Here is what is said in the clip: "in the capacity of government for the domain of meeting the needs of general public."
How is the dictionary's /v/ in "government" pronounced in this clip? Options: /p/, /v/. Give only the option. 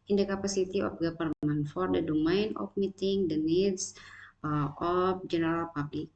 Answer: /p/